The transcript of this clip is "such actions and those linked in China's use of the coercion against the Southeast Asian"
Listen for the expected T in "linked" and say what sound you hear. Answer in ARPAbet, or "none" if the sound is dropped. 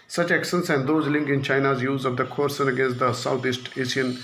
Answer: none